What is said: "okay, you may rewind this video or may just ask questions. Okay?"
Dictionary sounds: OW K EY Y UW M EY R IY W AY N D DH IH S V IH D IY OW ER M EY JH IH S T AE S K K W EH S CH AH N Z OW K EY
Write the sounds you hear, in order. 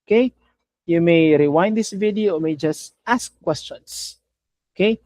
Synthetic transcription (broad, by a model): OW K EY Y UW M EY R IY W AY N D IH S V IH D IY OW M EY JH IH S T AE S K K W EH S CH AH N S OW K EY